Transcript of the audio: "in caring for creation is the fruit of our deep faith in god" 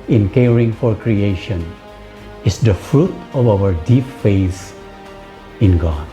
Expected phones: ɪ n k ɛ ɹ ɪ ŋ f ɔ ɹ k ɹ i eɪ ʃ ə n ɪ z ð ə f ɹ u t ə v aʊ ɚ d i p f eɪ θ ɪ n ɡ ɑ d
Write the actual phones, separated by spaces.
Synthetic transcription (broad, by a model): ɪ n k ɛ ɹ ɪ ŋ f ɔ ɹ k ɹ i eɪ ʃ ə n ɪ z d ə f ɹ u t ə v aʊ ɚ d i p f eɪ s ɪ n ɡ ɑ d